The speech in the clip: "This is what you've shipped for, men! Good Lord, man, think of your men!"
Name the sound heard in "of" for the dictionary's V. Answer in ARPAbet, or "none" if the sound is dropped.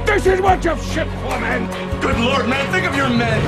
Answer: V